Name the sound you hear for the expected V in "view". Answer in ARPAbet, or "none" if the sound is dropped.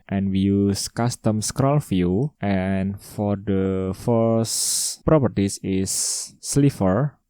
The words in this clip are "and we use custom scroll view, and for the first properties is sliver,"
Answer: F